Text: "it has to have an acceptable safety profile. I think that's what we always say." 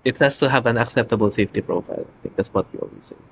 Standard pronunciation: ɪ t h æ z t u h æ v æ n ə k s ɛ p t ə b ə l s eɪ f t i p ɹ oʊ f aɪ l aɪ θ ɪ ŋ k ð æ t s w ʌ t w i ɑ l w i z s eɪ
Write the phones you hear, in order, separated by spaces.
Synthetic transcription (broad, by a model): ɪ t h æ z t u h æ v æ n ə k s ɛ p t ə b ə l s eɪ f t i p ɹ oʊ f aɪ l aɪ t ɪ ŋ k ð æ t s w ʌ t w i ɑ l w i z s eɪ